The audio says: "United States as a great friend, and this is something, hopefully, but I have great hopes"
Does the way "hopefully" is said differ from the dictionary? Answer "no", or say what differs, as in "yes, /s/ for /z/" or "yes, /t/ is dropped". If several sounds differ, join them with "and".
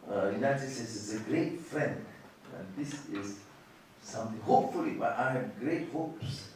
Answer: no